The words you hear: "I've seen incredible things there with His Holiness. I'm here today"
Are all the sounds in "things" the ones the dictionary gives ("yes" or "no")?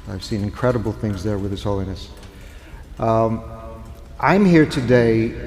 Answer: yes